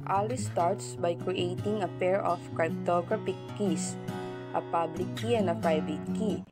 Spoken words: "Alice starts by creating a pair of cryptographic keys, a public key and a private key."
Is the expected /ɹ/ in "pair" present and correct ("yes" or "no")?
yes